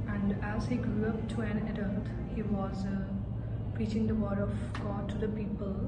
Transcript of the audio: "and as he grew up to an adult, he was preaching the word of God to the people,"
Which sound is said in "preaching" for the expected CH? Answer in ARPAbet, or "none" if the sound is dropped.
CH